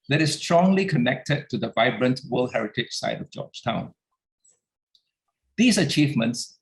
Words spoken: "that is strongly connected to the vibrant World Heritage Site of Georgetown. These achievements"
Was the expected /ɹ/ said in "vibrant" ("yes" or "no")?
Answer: yes